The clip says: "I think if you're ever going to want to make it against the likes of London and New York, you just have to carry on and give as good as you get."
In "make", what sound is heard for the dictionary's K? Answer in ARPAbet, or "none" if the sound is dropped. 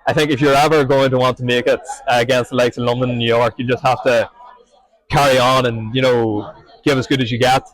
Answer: K